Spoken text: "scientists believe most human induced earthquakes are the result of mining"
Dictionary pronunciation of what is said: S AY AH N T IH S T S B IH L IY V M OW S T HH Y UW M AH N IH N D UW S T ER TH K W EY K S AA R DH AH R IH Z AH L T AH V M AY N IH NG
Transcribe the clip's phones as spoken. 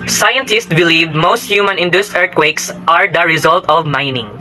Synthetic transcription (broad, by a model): S AY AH N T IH S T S B IH L IY V M OW S T HH Y UW M AH N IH N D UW S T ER T K W EY K S AA R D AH R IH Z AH L T AH V M AY N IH NG